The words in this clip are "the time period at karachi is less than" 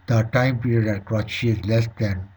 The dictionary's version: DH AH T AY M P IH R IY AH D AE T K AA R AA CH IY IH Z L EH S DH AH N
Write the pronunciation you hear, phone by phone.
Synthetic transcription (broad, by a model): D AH T AY M P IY R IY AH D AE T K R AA SH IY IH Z L EH S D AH N